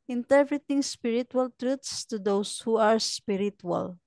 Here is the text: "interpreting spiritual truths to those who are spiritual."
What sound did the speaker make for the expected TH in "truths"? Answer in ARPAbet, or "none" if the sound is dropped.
T